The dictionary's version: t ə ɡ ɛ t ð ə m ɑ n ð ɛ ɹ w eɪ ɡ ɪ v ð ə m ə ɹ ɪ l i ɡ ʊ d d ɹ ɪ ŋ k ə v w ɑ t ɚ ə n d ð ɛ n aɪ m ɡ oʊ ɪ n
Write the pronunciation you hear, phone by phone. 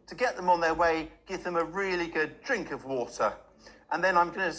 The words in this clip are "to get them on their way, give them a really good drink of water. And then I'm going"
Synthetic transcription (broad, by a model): t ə ɡ ɛ t ð ə m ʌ n ð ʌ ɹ w eɪ ɡ ɪ v ð ə m ə ɹ ɪ l i ɡ ʊ d d ɹ ɪ ŋ k ə v w ɑ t ɚ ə n ð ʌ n aɪ m ɡ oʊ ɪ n